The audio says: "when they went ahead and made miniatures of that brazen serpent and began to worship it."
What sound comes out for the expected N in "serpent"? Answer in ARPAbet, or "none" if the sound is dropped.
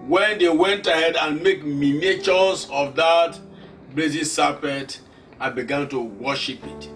none